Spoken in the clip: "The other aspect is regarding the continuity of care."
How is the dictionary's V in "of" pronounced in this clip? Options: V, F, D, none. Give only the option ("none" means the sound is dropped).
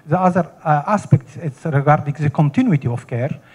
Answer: F